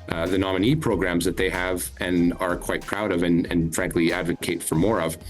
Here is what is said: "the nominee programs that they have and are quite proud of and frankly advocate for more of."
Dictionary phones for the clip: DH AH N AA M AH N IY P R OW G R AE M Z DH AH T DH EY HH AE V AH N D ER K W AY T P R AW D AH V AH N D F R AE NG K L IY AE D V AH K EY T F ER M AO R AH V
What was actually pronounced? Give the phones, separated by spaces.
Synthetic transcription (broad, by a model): DH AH N AA M AH N IY P R OW G R AE M Z DH AH T DH EY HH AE V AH N ER K W AY T P R AW D AH V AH N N F R AE NG K L IY AE D V AH K EY T F ER M AO R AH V